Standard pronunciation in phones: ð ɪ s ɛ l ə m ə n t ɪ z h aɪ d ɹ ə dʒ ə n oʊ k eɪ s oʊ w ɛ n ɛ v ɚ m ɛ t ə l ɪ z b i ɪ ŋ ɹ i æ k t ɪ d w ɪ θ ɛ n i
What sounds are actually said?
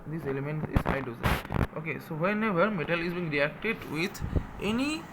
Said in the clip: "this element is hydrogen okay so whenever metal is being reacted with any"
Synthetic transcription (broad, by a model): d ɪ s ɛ l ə m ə n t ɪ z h aɪ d ə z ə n oʊ k eɪ s oʊ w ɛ n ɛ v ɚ m ɛ t ə l ɪ z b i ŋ ɹ i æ k t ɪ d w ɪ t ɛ n i